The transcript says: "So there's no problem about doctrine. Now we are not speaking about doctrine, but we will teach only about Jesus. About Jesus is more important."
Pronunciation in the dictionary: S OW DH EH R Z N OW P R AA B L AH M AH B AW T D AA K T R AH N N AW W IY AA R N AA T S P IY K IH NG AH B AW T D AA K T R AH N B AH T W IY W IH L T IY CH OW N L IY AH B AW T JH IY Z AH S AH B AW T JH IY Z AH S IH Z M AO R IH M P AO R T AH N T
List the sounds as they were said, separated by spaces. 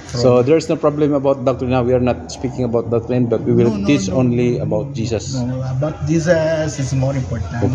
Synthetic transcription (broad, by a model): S OW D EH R S N OW P R AA B L AH M AH B AW T D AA K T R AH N N AW W IY AA R N AA T S P IY K IH NG AH B AW T D AA K T R AH N B AH T W IY W IH L T IY CH OW N L IY AH B AW T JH IY S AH S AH B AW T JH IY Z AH S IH S M AO R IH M P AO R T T